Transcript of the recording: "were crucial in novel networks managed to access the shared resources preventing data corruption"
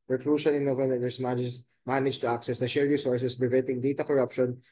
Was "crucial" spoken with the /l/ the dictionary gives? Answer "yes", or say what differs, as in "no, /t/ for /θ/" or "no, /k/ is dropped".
no, /n/ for /l/